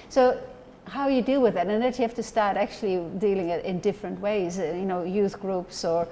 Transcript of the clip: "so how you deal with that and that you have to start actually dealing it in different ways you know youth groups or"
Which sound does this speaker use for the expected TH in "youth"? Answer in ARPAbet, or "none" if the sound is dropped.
TH